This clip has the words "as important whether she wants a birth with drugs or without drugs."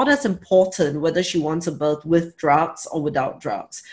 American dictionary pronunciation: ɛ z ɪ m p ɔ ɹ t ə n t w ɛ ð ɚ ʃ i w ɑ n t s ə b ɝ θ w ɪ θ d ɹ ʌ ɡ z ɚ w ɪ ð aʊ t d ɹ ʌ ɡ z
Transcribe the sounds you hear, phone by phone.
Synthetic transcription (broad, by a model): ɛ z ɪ m p ɔ t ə n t w ɛ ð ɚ ʃ i w ɑ n t s ə b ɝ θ w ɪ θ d ɹ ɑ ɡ s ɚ w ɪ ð aʊ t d ɹ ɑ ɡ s